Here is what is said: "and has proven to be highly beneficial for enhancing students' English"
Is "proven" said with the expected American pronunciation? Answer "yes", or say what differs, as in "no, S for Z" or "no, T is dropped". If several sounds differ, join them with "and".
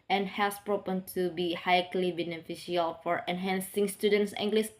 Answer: no, P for V